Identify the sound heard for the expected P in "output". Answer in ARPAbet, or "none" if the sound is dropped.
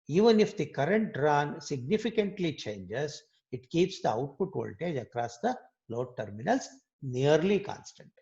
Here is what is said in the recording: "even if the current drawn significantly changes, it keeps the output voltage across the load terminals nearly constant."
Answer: P